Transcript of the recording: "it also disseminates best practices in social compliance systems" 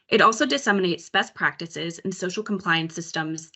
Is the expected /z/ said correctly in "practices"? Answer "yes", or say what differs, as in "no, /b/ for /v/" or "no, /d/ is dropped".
yes